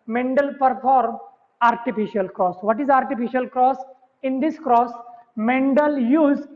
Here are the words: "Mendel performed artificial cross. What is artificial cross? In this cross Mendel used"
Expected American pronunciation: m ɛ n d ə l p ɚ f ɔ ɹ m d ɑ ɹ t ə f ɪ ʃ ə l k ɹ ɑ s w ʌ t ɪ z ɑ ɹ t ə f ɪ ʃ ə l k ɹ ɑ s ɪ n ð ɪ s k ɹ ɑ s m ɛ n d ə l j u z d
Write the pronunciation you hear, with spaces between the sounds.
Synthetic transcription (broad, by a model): m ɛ n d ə l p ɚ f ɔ ɹ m ɑ ɹ t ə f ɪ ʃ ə l k ɹ ɑ s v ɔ t ɪ z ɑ ɹ t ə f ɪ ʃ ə l k ɹ ɑ s ɪ n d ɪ s k ɹ ɑ s m ɛ n d ə l j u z